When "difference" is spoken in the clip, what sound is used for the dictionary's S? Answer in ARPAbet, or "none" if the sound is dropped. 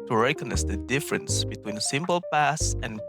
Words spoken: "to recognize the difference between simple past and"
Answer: S